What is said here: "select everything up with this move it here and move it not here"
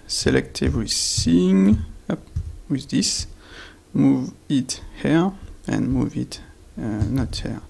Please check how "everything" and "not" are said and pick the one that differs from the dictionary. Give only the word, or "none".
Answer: everything